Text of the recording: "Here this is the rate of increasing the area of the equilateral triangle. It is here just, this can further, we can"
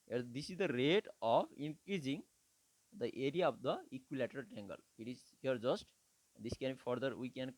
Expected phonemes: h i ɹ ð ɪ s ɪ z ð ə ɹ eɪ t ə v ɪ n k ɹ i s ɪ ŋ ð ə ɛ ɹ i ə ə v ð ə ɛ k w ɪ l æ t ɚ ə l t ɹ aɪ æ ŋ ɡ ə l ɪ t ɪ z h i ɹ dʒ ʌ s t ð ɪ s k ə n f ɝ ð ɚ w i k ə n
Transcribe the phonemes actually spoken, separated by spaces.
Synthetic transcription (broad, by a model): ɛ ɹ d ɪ s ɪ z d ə ɹ eɪ t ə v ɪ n k ɹ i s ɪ ŋ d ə ɛ ɹ i ə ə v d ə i k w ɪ l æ t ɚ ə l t ɛ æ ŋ ɡ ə l ɪ t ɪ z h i ɹ dʒ ʌ s t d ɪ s k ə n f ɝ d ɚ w i k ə n